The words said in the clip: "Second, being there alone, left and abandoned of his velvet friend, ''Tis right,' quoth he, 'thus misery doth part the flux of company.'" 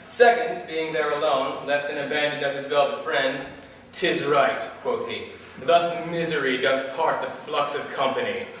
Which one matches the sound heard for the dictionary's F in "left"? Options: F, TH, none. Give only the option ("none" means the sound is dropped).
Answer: F